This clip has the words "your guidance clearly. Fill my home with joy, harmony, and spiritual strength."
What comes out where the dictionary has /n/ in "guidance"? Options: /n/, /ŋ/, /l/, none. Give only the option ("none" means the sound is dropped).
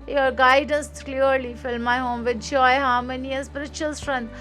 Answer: /n/